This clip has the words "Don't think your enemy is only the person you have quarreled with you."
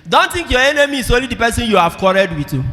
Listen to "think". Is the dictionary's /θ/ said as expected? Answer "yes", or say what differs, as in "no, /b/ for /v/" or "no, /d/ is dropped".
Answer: no, /t/ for /θ/